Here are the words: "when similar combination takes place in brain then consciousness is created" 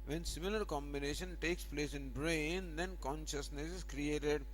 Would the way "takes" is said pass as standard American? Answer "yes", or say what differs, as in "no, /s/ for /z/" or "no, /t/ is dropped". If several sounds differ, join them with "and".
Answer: yes